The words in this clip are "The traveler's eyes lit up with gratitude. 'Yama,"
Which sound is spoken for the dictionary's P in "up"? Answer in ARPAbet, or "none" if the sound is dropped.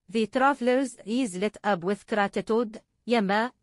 B